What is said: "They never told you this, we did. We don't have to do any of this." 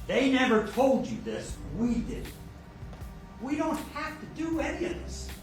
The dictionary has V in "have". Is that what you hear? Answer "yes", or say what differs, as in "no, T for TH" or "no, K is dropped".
no, F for V